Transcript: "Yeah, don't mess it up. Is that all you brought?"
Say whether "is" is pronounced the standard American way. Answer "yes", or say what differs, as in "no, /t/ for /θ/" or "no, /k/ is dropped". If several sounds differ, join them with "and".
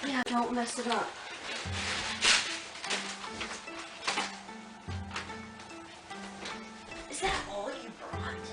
yes